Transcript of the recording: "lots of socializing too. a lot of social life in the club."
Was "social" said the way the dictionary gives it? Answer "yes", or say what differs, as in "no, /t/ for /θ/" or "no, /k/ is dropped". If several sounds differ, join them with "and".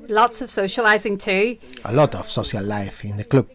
no, /s/ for /ʃ/